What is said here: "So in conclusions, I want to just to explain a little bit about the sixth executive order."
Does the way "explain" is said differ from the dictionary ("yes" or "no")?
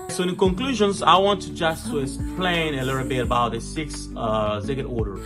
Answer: yes